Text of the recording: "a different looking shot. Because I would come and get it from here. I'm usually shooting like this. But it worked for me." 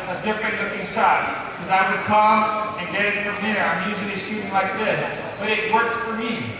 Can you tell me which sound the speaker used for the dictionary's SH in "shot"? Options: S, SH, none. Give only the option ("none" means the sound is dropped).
S